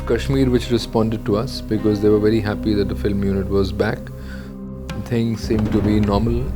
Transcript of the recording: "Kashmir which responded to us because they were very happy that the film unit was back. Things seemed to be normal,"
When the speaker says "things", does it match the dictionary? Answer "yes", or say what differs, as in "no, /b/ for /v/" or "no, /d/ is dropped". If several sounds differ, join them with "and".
no, /t/ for /θ/